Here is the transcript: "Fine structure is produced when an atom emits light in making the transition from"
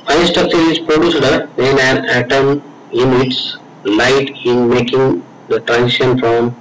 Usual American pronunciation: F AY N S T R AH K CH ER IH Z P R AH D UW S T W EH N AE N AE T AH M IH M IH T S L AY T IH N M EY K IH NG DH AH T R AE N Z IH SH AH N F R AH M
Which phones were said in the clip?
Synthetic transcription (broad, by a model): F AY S T AH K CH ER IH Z P R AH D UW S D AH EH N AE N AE T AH M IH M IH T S L AY T IH N M EY K IH NG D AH T R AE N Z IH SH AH N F R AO M